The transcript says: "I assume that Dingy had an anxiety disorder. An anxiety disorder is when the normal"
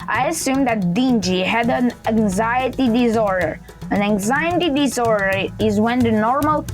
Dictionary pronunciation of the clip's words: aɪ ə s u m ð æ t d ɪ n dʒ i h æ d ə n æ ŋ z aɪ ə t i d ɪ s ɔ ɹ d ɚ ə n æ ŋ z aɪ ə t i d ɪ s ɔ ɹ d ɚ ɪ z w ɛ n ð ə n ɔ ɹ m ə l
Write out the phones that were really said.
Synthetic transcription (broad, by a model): aɪ ə s u m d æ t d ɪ n dʒ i h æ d ə n æ ŋ z aɪ ə t i d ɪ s ɔ ɹ d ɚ ə n æ ŋ z aɪ ə t i d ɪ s ɔ ɹ d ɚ ɪ z w ɛ n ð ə n ɔ ɹ m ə l